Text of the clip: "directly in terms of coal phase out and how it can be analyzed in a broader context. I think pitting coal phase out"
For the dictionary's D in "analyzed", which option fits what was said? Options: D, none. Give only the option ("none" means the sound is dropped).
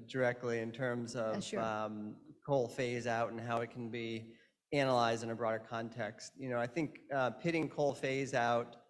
D